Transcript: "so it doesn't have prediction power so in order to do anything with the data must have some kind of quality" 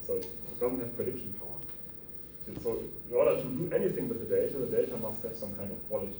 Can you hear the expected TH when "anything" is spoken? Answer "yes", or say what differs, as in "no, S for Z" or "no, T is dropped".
yes